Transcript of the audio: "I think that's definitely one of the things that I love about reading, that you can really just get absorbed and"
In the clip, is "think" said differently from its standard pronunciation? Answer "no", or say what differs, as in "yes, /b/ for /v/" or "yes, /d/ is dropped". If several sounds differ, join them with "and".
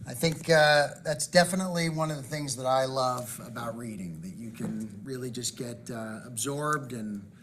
no